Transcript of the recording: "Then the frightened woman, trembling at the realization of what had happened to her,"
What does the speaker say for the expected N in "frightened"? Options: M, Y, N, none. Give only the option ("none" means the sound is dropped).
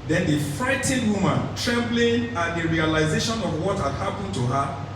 none